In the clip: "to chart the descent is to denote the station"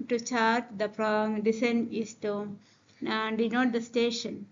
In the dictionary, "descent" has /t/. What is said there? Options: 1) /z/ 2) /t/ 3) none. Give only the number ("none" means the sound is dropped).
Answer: 3